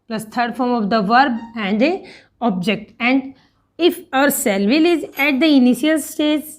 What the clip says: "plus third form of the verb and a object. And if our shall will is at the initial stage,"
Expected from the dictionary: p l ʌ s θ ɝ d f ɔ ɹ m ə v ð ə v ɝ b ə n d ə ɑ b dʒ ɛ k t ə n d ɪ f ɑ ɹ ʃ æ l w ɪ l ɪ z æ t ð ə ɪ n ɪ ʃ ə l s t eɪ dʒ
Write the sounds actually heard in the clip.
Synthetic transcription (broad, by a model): p l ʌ s t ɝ d f ɔ ɹ m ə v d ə v ɝ b ə n d ə ɑ b dʒ ɛ k t ə n d ɪ f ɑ ɹ s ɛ l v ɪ l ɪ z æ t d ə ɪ n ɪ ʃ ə l s t eɪ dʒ